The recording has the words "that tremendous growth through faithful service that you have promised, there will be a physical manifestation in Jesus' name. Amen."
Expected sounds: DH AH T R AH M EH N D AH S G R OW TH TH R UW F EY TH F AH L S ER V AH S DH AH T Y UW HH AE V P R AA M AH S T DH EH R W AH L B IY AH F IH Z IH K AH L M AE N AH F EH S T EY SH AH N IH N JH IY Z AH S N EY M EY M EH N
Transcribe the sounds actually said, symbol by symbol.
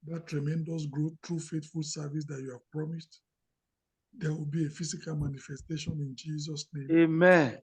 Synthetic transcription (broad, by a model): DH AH T R AH M EH N D AH S G R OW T R UW F EY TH F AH L S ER V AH S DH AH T Y UW HH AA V P R AA M AH S T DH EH W AH L B IY AH F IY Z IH K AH L M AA N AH F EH S T EY SH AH N IH N JH IY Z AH S N EY EY M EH N